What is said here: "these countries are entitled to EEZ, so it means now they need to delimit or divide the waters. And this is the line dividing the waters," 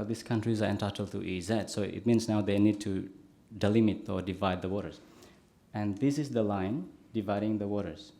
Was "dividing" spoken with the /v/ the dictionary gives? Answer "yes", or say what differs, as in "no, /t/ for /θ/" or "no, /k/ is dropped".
yes